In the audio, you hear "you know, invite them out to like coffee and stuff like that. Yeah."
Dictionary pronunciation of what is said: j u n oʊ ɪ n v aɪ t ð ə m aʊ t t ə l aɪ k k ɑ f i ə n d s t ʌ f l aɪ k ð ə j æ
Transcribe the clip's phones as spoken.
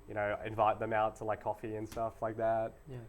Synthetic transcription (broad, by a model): j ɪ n oʊ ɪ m v aɪ t ð ə m aʊ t t ə l aɪ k k ɑ f i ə n s t ʌ f l aɪ k ð ə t